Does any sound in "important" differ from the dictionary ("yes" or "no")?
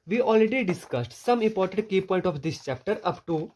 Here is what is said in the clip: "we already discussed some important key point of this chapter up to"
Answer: no